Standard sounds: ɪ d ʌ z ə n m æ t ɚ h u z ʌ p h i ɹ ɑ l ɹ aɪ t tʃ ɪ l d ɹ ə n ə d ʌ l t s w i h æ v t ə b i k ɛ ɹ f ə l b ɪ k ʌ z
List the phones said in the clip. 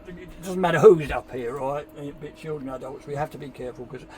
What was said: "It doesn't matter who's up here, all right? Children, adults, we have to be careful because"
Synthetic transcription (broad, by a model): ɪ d ʌ z n m æ t ɚ h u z ʌ p h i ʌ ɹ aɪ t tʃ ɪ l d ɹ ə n ə d ʌ l t s w i h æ f t ə b i k ɛ ɹ f ə l k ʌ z